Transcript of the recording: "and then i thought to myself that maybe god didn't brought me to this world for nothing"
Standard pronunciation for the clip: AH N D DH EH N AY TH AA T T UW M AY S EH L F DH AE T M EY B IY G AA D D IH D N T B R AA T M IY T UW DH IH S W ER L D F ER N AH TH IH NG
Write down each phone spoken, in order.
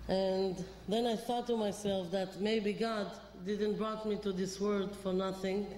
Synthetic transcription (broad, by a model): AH N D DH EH N AY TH AA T T UW M AY S EH L F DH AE T M EY B IY G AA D D IH D N T B R AA T M IY T UW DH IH S W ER D F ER N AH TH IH NG